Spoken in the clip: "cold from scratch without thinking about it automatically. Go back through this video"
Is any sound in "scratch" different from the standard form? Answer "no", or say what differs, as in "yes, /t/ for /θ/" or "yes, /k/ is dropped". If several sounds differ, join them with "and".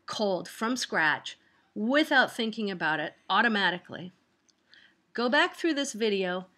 no